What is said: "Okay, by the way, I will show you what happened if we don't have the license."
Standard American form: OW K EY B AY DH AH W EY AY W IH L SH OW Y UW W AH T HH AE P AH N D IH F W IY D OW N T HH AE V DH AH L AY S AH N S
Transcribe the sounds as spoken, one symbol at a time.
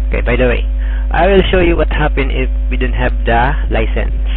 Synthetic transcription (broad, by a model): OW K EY B AY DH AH W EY AY W IH L SH OW Y UW W AH T HH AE P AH N IH F W IY D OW N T HH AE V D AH L AY S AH N S